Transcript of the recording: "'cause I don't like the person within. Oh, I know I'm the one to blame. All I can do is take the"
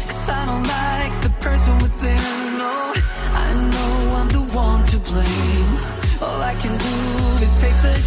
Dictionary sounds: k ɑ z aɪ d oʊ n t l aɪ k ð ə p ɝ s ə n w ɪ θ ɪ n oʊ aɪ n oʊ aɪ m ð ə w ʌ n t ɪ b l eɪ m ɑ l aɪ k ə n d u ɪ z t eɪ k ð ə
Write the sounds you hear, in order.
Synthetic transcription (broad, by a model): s ɑ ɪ d oʊ n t l aɪ k ð ə p ɝ s ə n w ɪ s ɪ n oʊ aɪ n oʊ aɪ m ð ə w ʌ n t ɪ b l eɪ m ɑ l aɪ k ə n d u ɪ z t eɪ k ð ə